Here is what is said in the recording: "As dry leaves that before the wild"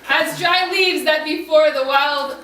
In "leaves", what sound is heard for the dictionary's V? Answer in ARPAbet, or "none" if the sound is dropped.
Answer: V